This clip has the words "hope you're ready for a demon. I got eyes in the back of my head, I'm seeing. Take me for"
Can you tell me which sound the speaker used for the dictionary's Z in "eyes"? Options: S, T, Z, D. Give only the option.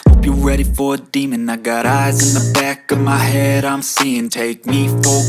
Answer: Z